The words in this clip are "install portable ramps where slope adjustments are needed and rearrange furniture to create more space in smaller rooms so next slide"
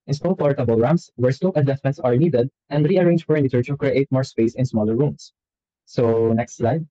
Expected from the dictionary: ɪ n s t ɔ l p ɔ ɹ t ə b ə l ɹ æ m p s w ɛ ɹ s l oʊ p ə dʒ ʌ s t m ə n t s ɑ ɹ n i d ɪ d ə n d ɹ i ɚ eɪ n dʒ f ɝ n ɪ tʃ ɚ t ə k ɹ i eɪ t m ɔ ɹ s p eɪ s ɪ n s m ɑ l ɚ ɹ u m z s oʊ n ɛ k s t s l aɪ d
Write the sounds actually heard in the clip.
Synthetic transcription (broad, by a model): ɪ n s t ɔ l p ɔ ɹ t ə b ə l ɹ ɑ m s w ɛ ɹ s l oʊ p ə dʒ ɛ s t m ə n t s ɑ ɹ n i d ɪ d ə n d ɹ i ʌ eɪ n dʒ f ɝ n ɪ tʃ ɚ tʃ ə k ɹ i eɪ t m ɔ ɹ s p eɪ s ɪ n s m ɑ l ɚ ɹ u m s oʊ n ɛ k s t s l aɪ d